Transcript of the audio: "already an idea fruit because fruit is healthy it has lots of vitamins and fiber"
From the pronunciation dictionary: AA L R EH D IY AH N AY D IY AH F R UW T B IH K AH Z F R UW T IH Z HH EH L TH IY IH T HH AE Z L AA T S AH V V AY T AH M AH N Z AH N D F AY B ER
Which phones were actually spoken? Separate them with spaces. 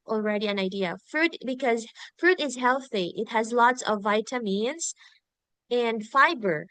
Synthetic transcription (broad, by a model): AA L R EH D IY AH N AY D IY AH F R UW T B IH K AH Z F R UW T IH Z HH EH L TH IY IH T HH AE Z L AA T S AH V V AY T AH M AH N Z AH N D F AY B ER